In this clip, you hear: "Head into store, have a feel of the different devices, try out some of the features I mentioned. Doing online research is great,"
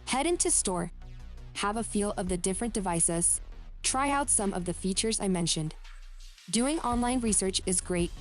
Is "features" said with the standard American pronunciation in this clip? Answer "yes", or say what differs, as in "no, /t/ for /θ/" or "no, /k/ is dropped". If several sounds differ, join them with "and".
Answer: yes